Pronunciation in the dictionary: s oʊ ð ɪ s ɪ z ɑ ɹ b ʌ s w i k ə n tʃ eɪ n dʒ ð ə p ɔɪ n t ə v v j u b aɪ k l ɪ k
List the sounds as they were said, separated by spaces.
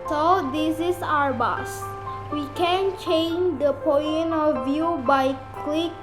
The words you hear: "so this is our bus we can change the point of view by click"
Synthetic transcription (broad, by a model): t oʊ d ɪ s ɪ s ɑ ɹ b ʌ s w i k ə n tʃ eɪ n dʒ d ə p ɔɪ n ə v v j u b aɪ k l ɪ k